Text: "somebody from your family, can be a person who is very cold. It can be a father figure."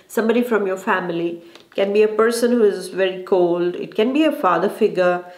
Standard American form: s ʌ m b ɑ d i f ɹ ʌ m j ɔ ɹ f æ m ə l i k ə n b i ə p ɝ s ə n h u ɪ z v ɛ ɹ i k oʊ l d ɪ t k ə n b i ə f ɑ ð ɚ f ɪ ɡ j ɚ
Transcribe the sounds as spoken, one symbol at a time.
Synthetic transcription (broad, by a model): s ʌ m b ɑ d i f ɹ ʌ m j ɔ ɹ f æ m ə l i k ə n b i ə p ɝ s ə n h u ɪ z v ɛ ɹ i k oʊ l d ɪ t k ə n b i ə f ɑ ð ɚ f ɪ ɡ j ɚ